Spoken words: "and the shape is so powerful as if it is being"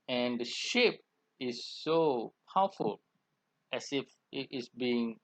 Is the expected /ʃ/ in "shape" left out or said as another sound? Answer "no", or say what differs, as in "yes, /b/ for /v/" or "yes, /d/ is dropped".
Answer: no